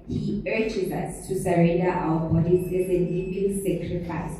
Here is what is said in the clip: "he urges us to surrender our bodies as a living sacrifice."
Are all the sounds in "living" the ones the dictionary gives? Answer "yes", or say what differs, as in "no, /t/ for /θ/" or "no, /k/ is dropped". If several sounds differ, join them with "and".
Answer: no, /n/ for /l/